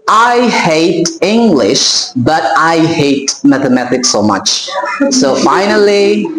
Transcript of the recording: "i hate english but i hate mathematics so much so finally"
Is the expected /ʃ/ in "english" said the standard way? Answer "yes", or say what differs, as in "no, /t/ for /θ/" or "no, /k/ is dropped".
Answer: yes